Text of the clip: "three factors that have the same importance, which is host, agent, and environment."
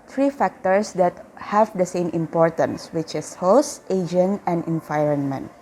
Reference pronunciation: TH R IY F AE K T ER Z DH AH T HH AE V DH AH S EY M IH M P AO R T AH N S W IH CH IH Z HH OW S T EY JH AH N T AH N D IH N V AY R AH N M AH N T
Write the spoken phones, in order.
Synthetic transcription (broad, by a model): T R IY F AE K T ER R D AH T HH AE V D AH S EY M IH M P AO R T AH N S W IH CH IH S HH OW S T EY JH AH N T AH N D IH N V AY R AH N M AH N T